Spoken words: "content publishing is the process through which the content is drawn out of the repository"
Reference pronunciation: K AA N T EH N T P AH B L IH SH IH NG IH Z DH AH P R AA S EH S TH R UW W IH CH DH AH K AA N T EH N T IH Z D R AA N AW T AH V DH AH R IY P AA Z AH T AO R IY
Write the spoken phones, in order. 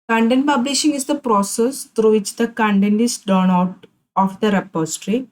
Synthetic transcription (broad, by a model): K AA N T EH N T P AH B L IH SH IH NG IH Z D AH P R AA S EH S T R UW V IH CH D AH K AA N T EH N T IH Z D AA N AW T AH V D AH R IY P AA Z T R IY